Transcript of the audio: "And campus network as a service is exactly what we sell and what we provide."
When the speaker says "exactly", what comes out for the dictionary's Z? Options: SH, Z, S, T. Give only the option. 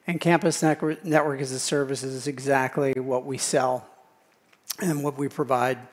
Z